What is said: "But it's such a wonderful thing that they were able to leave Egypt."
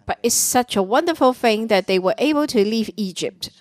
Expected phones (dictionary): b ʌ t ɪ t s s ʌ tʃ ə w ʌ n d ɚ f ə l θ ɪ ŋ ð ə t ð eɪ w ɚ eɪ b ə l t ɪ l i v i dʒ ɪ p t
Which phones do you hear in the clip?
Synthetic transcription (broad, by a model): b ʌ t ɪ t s s ʌ tʃ ə w ʌ n d ɚ f ə l θ ɪ ŋ ð ə t ð eɪ w ɚ eɪ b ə l t ɪ l i v i dʒ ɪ p t